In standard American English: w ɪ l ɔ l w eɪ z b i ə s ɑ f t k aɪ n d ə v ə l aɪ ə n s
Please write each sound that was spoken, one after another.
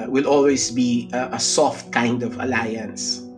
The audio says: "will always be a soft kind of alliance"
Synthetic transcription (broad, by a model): w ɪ l ɔ l w eɪ z b i ə s ɑ f t k aɪ n d ə v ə l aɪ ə n s